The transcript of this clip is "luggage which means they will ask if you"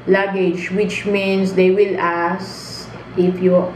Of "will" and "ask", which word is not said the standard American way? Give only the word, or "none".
ask